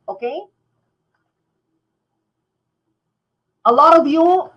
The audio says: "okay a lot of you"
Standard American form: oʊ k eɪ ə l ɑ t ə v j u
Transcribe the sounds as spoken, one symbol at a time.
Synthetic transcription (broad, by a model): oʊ k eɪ ə l ɑ t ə b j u